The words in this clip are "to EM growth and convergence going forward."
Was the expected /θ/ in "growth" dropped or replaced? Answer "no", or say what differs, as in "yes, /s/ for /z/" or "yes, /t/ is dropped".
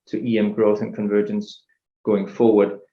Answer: no